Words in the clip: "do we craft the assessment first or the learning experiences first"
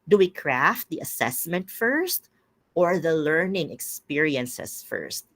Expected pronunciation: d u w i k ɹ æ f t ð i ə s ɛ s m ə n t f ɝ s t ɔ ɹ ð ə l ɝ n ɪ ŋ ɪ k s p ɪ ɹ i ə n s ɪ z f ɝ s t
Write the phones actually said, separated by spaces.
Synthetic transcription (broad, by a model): d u w i k ɹ æ f t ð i ə s ɛ s m ə n t f ɝ s t ɔ ɹ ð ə l ɝ n ɪ ŋ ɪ k s p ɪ ɹ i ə n s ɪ s f ɝ s t